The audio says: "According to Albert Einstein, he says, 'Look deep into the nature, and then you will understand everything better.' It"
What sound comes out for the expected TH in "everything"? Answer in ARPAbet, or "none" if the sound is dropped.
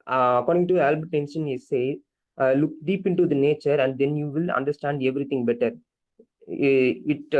T